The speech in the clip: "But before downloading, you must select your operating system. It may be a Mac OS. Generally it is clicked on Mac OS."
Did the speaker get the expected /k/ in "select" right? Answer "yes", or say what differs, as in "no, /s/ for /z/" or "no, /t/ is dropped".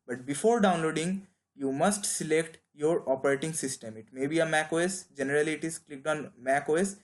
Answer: yes